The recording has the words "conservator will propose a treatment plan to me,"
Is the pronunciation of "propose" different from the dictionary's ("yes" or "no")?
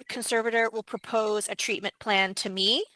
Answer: no